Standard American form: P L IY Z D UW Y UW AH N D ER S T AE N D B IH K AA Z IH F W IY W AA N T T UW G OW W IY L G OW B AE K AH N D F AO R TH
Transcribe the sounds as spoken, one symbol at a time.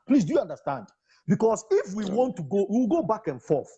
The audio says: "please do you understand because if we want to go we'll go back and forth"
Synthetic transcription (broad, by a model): P L IY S D UW Y UW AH N D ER S T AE N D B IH K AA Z IH F W IY W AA N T T UW G OW W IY W G OW B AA K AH N F AO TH